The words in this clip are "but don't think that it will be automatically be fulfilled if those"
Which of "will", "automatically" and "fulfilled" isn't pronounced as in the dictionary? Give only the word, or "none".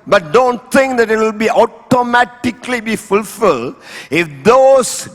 none